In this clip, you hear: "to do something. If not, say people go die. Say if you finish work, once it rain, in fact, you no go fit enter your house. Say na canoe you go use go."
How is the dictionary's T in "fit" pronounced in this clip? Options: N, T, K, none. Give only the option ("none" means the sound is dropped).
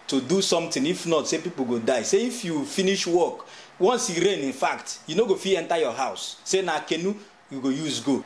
none